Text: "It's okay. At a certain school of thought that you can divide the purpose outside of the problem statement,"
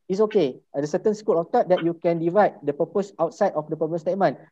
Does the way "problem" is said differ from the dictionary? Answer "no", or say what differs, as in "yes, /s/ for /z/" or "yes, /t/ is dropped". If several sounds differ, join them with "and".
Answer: yes, /ɹ/ is dropped